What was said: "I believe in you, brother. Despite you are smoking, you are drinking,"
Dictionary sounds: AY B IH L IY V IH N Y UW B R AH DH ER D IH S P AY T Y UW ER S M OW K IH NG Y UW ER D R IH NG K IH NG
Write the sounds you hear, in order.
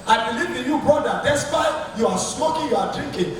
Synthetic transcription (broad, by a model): AY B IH L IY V IH N Y UW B AO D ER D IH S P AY Y UW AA S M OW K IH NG Y UW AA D R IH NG K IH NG